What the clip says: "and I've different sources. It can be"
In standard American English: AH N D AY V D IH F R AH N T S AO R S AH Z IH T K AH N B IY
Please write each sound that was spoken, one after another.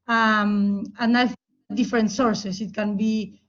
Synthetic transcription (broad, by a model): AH N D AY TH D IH F R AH N T S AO R S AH S IH T K AH N B IY